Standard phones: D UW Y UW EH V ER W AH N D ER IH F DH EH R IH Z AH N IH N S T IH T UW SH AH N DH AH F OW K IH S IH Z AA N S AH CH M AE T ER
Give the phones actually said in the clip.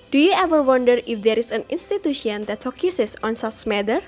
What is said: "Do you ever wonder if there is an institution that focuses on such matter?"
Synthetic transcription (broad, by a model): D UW Y UW EH V ER W AH N D ER IH F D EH R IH S AH N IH N S T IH T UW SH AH N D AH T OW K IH S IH S AA N S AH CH M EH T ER